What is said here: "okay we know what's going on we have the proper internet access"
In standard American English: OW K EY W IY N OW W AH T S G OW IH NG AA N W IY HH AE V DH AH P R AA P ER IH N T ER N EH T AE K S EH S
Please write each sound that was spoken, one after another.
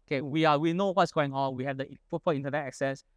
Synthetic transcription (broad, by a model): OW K EY W IY N OW W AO T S G OW IH NG AA N W IY HH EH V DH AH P AA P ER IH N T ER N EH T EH K S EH S